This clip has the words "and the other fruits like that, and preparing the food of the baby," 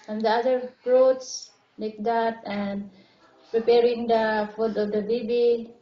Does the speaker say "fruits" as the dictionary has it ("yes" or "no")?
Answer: no